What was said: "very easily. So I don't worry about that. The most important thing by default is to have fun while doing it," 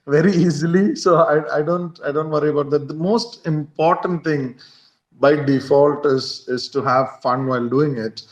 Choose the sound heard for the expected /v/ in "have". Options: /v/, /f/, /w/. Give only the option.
/v/